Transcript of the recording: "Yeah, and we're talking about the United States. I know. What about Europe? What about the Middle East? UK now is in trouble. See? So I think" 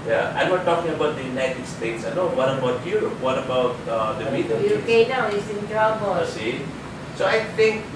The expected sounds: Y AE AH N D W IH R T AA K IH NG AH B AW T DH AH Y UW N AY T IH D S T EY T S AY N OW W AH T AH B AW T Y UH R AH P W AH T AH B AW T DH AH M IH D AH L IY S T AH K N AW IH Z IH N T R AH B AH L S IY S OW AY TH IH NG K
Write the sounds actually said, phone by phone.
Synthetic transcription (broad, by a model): Y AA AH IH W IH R T AA K IH NG AH B AW T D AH Y UW N AY T IH D S T EY T S AY N OW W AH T AH B AW T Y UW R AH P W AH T AH B AW T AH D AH W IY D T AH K N AW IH S IH N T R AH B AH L S IY S OW AY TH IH NG K